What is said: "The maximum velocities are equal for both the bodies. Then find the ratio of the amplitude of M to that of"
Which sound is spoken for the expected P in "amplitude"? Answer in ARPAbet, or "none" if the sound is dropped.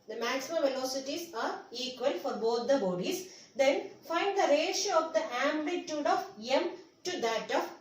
B